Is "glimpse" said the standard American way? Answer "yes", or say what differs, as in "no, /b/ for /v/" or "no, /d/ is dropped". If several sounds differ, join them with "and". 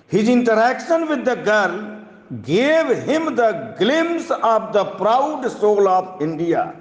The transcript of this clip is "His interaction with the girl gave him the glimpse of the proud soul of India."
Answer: no, /p/ is dropped